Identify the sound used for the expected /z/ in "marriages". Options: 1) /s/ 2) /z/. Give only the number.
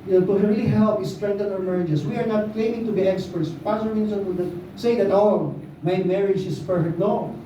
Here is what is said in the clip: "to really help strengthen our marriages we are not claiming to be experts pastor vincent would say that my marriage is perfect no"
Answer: 1